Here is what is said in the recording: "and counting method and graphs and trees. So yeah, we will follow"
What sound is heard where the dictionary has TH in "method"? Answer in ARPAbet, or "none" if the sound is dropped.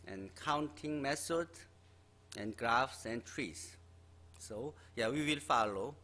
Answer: S